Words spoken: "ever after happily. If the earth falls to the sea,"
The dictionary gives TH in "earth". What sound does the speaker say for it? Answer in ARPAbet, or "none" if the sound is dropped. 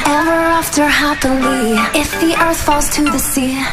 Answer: TH